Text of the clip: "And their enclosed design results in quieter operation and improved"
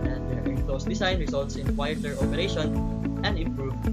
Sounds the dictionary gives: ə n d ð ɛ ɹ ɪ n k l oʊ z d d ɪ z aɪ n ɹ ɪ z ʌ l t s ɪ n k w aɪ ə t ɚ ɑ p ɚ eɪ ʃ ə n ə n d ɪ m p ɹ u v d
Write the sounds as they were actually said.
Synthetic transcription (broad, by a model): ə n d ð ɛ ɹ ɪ k l oʊ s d d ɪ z aɪ n ɹ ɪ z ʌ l t s ɪ n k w aɪ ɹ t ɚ ɑ p ɚ eɪ ʃ ə n ə n d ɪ m p ɹ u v